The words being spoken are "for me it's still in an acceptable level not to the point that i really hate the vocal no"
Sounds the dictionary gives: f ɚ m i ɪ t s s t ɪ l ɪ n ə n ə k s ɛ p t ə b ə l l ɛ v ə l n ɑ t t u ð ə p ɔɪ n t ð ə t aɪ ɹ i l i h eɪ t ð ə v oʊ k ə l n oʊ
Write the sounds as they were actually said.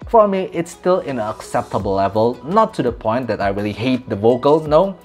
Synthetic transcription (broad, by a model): f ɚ m i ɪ t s s t ɪ l ɪ n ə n ə k s ɛ p t ə b ə l l ɛ v ə l n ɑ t t u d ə p ɔɪ n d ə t aɪ ɹ i l i h eɪ t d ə v oʊ k ə l n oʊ